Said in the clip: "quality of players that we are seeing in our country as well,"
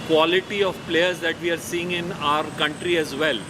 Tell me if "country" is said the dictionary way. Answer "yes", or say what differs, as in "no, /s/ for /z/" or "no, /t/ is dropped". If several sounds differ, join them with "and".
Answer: yes